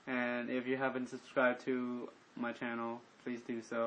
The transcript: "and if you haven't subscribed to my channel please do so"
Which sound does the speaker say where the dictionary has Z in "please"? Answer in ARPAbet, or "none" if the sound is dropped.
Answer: Z